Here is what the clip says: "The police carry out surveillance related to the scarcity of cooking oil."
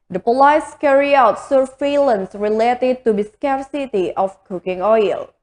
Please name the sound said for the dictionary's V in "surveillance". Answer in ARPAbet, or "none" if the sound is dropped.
F